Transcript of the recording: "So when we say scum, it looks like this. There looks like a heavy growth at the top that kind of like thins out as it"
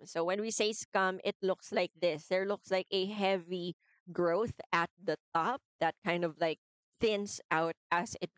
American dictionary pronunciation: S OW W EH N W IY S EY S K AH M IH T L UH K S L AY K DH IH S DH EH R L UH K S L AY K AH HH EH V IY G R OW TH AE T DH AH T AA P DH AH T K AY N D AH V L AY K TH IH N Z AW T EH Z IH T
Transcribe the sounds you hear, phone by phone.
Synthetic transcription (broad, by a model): S OW W EH N W IY S EY S K AH M IH T L UH K S L AY K DH IH S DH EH R L UH K S L AY K AH HH EH V IY G R OW TH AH T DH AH T AA P DH AH T K AY N D AH V L AY K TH IH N S AW T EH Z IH T